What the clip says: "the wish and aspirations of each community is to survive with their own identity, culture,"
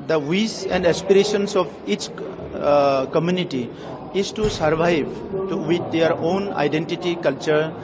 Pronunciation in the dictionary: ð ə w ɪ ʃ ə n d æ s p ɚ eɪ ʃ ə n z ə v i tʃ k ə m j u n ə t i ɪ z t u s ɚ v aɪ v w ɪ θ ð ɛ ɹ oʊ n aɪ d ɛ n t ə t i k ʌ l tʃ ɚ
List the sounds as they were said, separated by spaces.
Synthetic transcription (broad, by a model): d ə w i s ə n d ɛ s p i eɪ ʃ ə n s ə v i tʃ k ə m j u n ə t i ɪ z t u s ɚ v aɪ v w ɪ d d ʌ ɹ oʊ n aɪ d ɛ n t ə t i k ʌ l tʃ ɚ